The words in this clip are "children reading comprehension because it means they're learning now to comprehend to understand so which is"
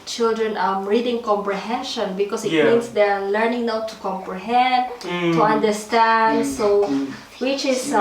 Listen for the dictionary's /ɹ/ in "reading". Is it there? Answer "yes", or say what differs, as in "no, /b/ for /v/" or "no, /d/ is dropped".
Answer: yes